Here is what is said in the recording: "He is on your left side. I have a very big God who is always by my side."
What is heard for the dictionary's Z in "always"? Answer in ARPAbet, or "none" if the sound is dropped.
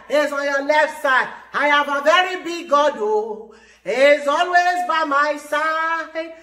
Z